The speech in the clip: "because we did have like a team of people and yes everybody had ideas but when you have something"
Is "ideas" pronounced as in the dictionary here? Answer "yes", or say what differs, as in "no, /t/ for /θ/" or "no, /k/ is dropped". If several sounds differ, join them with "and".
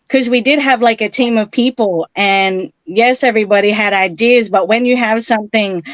yes